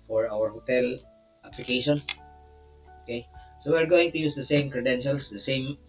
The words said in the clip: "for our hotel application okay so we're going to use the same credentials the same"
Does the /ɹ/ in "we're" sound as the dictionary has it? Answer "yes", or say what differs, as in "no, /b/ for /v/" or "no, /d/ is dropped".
yes